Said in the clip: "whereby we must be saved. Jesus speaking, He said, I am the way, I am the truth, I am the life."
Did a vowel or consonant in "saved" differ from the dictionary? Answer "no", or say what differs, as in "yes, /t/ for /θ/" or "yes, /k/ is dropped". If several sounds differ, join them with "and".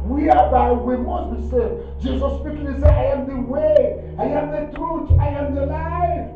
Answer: yes, /v/ is dropped